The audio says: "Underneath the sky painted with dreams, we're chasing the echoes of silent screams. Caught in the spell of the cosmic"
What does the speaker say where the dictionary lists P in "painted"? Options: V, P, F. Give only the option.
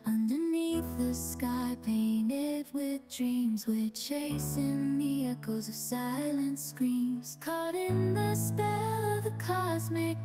P